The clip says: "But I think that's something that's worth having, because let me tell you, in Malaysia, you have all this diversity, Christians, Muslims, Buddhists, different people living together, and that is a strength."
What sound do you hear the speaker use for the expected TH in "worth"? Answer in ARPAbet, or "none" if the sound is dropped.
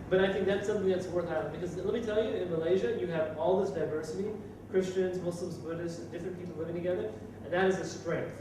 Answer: TH